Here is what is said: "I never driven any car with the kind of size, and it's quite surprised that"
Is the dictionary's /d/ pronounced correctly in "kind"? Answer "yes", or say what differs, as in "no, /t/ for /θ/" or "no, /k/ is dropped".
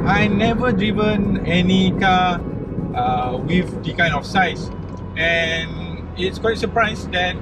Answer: no, /d/ is dropped